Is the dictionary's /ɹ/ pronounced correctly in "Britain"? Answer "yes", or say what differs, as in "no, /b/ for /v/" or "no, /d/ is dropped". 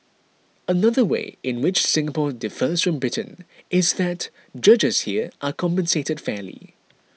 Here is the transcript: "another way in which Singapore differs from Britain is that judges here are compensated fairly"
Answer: yes